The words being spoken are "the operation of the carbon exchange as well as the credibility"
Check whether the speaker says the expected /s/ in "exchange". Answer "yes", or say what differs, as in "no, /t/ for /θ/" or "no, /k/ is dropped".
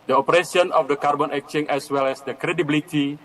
no, /s/ is dropped